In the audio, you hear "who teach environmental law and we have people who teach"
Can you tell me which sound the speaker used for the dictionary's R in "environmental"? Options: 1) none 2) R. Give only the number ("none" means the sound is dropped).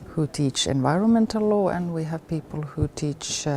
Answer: 2